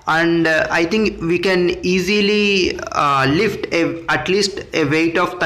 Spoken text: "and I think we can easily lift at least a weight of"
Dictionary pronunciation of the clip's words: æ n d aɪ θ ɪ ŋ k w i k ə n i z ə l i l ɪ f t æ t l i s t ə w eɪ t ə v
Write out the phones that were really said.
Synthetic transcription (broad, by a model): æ n d aɪ t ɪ ŋ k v i k ə n i z ə l i l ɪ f t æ t l i s t ə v eɪ t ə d